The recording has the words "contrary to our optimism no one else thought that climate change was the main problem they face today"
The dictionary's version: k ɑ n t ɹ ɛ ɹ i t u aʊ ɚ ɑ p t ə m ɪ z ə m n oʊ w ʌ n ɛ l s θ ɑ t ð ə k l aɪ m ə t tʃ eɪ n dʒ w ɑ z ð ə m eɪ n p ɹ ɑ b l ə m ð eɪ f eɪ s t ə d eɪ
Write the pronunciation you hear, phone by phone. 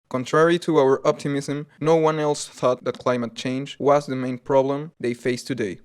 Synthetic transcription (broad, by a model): k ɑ n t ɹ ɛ ɹ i t u aʊ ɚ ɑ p t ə m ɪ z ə m n oʊ w ʌ n ɛ l s θ ɑ t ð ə k l aɪ m ə t tʃ eɪ n dʒ w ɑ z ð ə m eɪ n p ɹ ɑ b l ə m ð eɪ f eɪ s t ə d eɪ